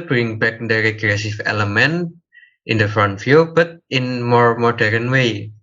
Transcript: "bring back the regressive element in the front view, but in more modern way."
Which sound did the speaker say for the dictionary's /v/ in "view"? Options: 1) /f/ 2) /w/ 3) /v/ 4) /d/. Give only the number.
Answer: 1